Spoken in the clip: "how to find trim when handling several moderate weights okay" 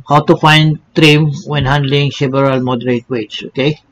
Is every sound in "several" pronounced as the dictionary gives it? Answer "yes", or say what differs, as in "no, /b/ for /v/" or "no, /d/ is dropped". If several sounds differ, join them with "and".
no, /b/ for /v/